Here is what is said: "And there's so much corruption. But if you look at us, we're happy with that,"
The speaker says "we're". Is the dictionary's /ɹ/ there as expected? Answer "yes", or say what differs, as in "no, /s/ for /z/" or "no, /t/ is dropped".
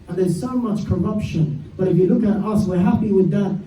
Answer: yes